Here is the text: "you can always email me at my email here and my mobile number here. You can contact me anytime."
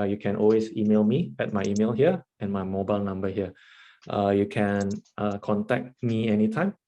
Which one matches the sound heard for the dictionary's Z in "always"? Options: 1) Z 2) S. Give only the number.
2